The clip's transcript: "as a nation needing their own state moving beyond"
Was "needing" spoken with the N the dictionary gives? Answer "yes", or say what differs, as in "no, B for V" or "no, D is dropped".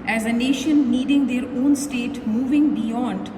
yes